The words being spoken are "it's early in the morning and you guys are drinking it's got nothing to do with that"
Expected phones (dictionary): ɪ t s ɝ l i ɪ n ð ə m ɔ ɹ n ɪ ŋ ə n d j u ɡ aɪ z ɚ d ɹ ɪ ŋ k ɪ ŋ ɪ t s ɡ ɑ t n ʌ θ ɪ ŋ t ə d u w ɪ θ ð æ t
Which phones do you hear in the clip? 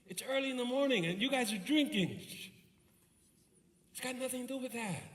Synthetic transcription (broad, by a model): ɪ t s ɝ l i ɪ n ð ə m ɔ ɹ n ɪ ŋ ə n j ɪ ɡ aɪ z ɚ d ɹ ɪ ŋ k ɪ ŋ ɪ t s ɡ ɑ t n ʌ θ ɪ ŋ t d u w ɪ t ð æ t